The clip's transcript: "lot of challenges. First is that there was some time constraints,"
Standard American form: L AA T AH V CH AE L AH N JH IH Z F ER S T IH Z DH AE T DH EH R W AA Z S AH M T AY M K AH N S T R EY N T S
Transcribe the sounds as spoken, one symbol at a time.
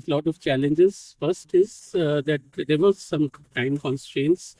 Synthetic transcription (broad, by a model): L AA T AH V CH AE L AH N JH IH Z F ER S T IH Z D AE T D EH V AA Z S AH M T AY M K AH N S T R EY N T S